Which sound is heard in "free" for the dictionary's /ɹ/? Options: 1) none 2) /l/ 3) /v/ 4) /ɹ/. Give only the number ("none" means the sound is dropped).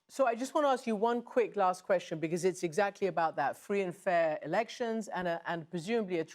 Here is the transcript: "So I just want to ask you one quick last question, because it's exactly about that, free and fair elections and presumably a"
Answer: 4